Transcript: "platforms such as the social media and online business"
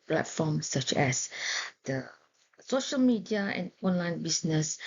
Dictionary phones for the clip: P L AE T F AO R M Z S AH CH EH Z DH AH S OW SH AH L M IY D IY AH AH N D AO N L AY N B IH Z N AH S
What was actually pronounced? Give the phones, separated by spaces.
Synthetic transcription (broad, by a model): P L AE T F AO M S AH CH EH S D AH S OW SH AH L M IY D IY AH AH N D AO N L AY N B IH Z N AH S